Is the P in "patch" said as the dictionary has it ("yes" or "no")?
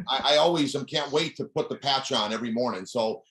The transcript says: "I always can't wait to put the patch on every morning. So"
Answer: yes